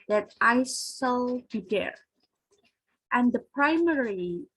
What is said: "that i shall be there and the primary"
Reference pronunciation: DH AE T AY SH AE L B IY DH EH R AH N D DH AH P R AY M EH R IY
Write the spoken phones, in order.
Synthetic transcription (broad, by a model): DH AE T AY S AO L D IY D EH R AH N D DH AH P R AY M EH R IY